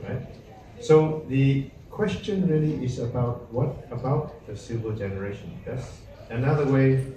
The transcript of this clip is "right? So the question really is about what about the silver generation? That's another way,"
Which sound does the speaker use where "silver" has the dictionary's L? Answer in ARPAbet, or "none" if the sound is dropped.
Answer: none